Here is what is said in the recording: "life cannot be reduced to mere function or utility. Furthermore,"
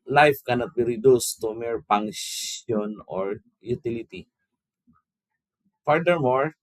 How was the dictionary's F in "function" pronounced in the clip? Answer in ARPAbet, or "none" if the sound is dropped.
P